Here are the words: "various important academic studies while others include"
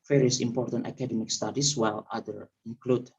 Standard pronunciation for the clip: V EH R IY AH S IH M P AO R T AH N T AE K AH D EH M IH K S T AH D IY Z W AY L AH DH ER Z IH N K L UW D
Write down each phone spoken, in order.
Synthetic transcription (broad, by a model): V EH R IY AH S IH M P AO R T AH N T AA K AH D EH M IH K S T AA D IY S W AY L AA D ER IH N K L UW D